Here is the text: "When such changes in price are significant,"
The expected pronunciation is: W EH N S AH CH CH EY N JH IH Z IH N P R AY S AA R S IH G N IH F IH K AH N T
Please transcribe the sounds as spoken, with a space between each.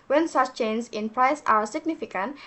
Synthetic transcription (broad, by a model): W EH N S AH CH CH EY N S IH IH N P R AY S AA W S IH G N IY F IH K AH N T